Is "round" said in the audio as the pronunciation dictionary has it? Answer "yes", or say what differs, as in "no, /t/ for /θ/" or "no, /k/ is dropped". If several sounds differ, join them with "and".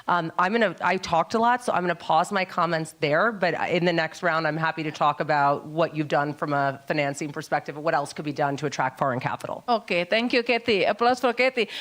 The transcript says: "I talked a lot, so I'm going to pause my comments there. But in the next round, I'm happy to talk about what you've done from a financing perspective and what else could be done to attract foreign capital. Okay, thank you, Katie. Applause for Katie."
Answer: yes